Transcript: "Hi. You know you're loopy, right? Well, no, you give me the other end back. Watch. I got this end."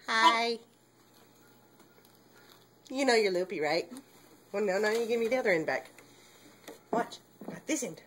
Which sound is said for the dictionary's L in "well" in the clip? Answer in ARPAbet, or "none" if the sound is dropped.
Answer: N